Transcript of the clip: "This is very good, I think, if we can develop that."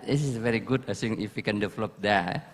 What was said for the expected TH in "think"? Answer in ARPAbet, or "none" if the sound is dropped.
S